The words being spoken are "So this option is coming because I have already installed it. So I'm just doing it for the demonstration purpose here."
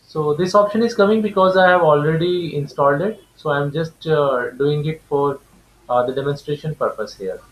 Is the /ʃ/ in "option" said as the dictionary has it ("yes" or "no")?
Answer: yes